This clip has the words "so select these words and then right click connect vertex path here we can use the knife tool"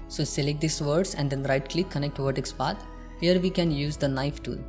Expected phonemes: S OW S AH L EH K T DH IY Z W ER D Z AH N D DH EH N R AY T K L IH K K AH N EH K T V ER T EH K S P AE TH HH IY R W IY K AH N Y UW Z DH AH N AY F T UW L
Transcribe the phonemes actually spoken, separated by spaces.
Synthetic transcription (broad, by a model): S OW S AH L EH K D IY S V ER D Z AH N D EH N R AY T K L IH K K AH N EH K T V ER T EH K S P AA T HH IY R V IY K AH N Y UW Z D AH N AY F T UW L